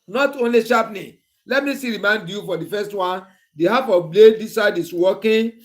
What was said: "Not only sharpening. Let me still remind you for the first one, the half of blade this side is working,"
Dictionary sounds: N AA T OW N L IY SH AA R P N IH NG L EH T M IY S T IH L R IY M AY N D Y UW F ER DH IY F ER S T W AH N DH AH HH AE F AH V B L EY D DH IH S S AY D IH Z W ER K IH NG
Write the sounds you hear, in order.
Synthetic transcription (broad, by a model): N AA T OW N L IY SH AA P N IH L EH T M IY S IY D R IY M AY N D Y UW F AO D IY F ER S T W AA N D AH HH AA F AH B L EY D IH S S AY D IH S W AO K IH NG